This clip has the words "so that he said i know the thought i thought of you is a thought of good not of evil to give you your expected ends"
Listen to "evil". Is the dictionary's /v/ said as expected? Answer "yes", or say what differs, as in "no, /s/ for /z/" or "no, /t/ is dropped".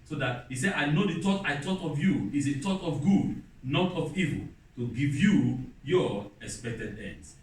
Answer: yes